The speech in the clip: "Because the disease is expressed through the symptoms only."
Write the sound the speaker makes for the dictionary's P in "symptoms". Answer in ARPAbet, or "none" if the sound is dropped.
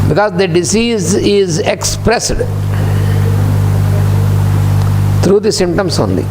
none